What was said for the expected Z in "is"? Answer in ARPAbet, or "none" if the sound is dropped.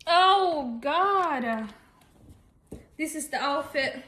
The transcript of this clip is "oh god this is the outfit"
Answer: Z